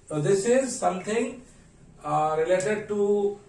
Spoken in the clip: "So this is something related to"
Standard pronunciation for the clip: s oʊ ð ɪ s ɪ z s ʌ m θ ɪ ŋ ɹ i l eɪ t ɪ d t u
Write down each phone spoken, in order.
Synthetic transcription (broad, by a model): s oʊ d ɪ s ɪ z s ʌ m t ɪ ŋ ɹ i l eɪ t ɪ d t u